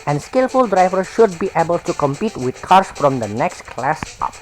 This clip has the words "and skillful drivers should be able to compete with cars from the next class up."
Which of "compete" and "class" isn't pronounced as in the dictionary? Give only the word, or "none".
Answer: none